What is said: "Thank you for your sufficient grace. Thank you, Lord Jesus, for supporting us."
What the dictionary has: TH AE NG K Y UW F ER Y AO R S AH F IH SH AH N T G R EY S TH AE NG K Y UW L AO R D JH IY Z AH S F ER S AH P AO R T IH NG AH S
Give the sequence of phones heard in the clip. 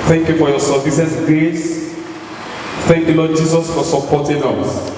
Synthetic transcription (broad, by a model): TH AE NG K Y UW F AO Y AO S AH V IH S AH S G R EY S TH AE NG K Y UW L AO D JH IY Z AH S F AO S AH P AO T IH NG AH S